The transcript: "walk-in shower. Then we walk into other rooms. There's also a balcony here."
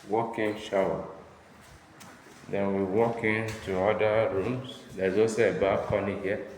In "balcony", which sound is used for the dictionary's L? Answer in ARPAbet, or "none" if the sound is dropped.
none